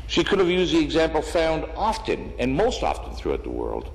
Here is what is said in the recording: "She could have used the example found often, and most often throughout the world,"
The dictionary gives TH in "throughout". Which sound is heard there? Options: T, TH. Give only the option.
TH